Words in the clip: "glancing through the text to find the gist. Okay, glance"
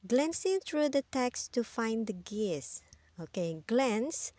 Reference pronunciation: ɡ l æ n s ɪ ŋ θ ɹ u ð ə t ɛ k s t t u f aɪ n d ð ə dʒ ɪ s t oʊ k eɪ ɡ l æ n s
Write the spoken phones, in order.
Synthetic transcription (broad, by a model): ɡ l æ n s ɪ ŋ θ ɹ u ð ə t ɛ k s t t u f aɪ n d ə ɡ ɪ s oʊ k eɪ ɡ l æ n s